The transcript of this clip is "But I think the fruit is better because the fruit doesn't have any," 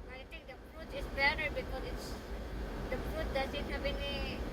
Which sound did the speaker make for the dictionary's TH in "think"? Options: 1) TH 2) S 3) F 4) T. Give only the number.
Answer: 4